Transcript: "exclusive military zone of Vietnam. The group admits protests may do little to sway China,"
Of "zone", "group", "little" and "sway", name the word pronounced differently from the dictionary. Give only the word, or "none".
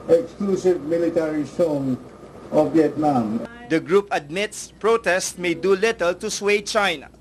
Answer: zone